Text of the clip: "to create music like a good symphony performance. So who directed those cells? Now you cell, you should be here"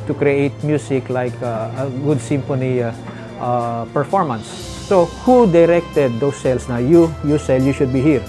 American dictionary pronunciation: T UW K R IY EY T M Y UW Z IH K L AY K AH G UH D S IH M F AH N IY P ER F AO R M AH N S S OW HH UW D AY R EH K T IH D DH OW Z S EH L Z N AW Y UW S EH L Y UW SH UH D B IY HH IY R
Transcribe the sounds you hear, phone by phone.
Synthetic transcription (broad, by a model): T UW K R IY EY T M Y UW S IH K L AY K AH G UH D S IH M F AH N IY P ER F AO R M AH N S S OW HH UW D AY R EH K T IH D OW S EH L S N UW Y UW S EH L Y UW SH UH D B IY HH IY R